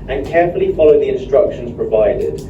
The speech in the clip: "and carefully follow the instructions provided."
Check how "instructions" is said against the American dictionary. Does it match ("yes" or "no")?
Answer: yes